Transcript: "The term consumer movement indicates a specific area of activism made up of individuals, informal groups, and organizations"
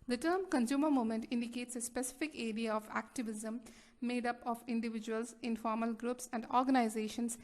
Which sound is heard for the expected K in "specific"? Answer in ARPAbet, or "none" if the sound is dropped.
K